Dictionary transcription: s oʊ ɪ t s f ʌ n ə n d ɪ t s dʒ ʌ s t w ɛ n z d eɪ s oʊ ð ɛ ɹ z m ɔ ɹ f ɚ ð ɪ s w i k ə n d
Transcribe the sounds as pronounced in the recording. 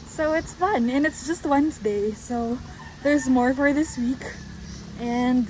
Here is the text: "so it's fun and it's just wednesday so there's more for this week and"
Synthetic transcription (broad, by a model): s oʊ ɪ t s f ʌ n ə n ɪ t s dʒ ʌ s t w ɛ n z d eɪ s oʊ ð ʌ ɹ z m ɔ ɹ f ɚ ð ɪ s w i k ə n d